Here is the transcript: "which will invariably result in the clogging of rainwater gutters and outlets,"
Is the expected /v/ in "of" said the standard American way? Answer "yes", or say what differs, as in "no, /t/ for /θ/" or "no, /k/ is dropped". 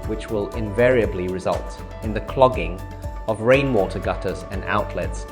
yes